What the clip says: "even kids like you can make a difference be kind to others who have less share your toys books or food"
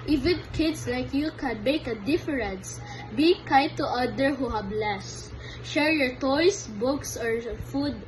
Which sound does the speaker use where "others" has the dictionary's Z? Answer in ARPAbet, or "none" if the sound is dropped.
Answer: none